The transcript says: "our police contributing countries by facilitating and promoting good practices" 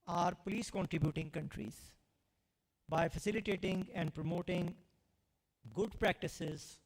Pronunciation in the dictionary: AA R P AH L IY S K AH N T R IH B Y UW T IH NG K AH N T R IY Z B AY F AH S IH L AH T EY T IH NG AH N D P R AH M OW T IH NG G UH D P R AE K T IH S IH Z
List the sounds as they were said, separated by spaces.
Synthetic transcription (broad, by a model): AA R P AH L IY S K AH N T R IH B Y UW T IH NG K AH N T R IY Z B AY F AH S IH L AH T EY T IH NG AH N D P R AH M OW T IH NG G UH D P R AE K T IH S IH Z